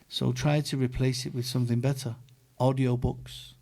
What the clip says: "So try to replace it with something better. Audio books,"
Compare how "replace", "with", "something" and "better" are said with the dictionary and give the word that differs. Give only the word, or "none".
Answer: none